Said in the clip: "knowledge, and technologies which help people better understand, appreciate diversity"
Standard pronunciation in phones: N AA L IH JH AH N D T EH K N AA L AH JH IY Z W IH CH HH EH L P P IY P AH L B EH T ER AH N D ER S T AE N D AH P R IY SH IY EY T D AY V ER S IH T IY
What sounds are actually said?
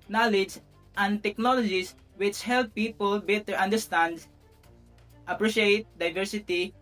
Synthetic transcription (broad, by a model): N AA L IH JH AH N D T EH K N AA L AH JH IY S W IH CH HH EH L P P IY P AH L B EH T ER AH N D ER S T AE N D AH P R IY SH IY EY T D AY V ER S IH T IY